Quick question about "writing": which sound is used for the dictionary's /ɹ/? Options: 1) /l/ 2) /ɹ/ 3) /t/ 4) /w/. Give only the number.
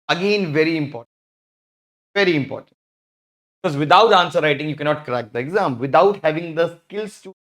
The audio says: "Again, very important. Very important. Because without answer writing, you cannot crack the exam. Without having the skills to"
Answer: 2